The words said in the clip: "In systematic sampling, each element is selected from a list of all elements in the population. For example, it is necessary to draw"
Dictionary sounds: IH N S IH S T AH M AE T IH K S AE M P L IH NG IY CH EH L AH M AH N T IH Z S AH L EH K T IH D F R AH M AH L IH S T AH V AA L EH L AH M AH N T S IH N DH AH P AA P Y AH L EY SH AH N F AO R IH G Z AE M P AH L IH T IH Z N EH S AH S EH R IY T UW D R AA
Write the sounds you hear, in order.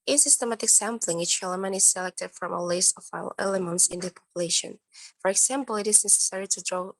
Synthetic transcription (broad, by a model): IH N S IH S T AH M AE T IH K S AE M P L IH NG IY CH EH L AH M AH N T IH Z S AH L EH K T IH D F R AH M AH L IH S AH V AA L EH L AH M AH N T S IH N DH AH P AA P Y AH L EY SH AH N F AO R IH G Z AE M P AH L IH T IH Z N EH S AH S EH R IY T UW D R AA